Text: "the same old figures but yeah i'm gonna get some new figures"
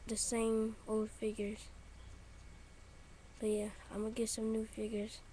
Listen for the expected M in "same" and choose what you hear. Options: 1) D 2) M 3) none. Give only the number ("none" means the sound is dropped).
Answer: 2